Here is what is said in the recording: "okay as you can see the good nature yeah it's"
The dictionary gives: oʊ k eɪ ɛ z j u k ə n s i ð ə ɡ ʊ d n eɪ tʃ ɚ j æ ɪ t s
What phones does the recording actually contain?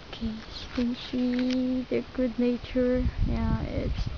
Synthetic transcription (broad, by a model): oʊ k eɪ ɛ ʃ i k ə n ʃ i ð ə ɡ ʊ d n eɪ tʃ ɚ j æ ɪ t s